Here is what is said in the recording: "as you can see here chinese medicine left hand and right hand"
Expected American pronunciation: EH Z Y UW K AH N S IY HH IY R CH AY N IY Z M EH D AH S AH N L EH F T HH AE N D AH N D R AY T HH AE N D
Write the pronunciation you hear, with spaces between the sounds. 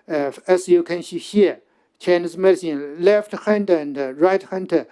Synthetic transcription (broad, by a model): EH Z Y UW K AH N SH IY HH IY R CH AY N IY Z M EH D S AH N L EH F T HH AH N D AH N D R AY T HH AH N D